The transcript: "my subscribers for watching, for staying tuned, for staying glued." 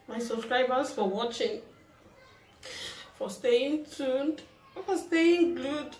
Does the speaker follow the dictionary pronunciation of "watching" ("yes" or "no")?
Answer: yes